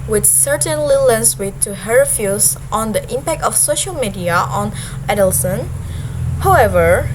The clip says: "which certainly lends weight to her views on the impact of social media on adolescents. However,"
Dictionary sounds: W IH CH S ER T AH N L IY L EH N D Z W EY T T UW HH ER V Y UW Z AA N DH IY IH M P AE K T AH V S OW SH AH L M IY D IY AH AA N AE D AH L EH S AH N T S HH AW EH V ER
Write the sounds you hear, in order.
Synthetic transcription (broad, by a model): W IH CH S ER T AH N L IY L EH N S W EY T T UW HH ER F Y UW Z AA N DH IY IH M P AE K T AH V S OW SH AH L M IY D IY AH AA N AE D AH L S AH N HH AW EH V ER